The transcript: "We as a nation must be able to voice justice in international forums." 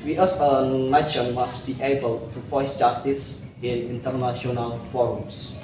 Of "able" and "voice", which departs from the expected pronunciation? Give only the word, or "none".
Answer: voice